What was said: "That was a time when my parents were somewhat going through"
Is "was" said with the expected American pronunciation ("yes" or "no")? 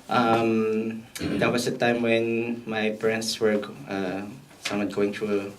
no